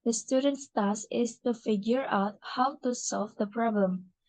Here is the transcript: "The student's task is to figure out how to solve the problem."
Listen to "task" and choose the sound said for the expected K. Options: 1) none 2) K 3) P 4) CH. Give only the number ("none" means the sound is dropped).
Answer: 1